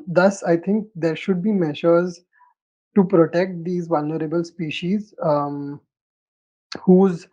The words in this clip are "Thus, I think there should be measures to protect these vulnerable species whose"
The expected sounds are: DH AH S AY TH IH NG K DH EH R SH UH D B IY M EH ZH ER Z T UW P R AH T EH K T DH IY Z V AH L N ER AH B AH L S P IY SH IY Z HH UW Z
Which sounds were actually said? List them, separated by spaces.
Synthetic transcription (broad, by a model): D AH S AY T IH NG K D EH R SH UH D B IY M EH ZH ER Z T UW P R AH T EH K T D IY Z V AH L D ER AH B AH L S P IY SH IY Z HH UW Z